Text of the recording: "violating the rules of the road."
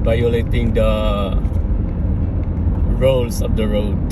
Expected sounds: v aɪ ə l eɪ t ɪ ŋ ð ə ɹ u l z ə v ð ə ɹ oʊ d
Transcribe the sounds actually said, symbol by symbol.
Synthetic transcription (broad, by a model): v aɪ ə l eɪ t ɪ ŋ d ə ɹ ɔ l s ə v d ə ɹ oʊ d